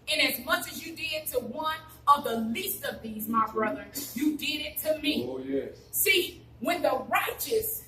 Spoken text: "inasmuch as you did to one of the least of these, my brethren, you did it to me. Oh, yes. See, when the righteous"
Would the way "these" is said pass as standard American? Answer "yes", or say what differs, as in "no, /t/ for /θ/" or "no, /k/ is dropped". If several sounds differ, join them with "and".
yes